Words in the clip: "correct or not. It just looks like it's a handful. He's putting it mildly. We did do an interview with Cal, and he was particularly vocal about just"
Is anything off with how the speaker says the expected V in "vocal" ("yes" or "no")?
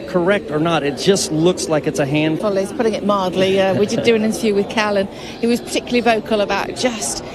no